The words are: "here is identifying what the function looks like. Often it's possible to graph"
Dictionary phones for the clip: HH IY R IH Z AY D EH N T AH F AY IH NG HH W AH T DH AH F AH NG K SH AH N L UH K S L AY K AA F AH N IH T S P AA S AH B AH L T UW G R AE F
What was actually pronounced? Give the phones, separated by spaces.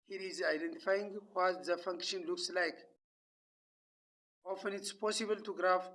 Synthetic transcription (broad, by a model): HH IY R IH Z AY D EH N T AH F AY IH NG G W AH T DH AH F AH NG K SH AH N L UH K S L AY K AA F AH N IH T S P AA S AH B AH L T UW G R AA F